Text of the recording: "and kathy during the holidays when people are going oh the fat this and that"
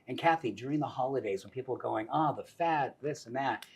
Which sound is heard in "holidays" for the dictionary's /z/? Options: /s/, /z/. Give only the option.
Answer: /z/